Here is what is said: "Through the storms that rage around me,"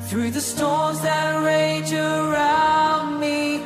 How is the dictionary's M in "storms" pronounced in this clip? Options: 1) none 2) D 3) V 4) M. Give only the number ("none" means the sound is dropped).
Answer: 1